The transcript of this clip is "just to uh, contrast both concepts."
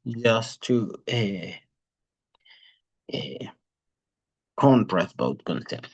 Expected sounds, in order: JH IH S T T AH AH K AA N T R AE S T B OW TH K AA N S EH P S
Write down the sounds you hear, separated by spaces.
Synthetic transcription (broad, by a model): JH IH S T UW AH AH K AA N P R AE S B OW T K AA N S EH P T